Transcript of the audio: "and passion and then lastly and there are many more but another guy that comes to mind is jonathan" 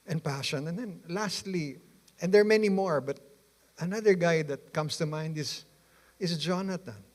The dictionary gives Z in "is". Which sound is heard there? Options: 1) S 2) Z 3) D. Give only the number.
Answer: 1